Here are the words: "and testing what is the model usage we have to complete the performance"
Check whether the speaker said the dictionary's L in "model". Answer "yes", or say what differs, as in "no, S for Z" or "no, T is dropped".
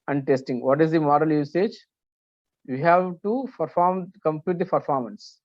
yes